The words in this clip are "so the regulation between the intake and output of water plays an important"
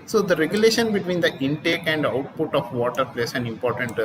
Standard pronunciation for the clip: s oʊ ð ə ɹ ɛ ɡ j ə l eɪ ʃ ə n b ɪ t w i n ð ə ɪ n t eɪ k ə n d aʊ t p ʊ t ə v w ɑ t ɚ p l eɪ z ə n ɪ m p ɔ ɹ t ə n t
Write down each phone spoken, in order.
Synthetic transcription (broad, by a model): s oʊ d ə ɹ ɛ ɡ j ə l eɪ ʃ ə n b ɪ t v i n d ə ɪ n t eɪ k ə n d aʊ t p ʊ t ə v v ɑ t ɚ p l eɪ s ə n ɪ m p ɔ ɹ t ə n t